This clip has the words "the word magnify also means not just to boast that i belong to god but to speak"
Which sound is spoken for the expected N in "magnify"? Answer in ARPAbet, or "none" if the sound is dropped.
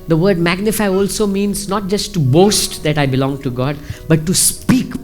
N